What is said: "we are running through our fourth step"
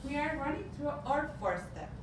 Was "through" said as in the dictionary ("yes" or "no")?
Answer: no